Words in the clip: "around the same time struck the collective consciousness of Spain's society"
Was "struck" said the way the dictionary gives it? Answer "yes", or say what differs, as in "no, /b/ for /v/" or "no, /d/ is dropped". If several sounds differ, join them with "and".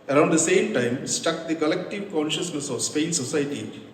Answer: no, /ɹ/ is dropped